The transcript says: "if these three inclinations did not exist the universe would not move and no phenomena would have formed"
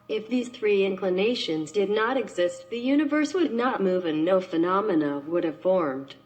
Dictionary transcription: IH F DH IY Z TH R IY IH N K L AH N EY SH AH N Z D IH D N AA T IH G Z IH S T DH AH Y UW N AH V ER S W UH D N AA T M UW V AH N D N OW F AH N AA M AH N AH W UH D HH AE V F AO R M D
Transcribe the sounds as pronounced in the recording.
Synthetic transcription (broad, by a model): IH F DH IY Z TH R IY IH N K L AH N EY SH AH N Z D IH D N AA T IH G Z IH S T DH AH Y UW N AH V ER S W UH D N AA T M UW V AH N N OW F AH N AA M AH N AH W UH D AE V F AO R M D